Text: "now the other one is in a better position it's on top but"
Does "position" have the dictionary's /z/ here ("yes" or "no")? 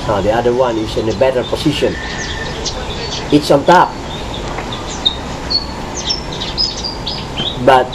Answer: no